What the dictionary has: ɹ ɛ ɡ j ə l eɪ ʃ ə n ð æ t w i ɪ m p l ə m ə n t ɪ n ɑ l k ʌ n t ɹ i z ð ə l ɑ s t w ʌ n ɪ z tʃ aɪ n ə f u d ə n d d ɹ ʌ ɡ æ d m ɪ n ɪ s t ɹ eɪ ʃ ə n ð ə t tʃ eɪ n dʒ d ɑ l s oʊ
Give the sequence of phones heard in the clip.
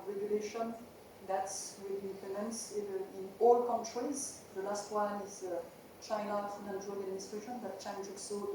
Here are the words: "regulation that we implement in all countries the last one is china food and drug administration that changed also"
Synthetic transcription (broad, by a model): ɹ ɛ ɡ j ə l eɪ ʃ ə n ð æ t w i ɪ p ə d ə n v ɪ n ɑ l k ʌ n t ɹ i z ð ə l ɑ s t w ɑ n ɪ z tʃ aɪ n ə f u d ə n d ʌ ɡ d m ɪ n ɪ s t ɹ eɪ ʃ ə n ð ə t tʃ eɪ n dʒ ɑ l s oʊ